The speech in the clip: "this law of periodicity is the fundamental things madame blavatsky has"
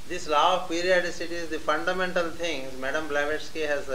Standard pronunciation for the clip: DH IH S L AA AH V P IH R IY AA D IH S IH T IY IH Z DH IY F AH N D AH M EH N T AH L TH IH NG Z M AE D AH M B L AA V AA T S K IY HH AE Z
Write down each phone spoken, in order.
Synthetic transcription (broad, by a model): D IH S L AA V P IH R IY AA D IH S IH T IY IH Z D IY F AH N D AH M EH N T AH L T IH NG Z M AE D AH M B L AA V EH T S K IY HH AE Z